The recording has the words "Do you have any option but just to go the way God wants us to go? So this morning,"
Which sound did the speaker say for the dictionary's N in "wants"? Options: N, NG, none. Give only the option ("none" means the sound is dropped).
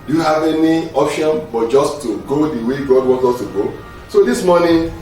none